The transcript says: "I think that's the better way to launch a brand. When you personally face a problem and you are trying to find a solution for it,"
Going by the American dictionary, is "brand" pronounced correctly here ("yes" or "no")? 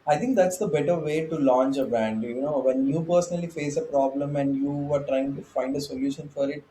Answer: no